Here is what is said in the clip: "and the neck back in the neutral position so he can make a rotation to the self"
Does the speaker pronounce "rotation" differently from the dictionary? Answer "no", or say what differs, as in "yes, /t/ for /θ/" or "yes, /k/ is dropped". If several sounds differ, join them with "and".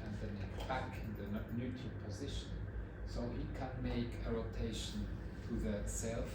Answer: no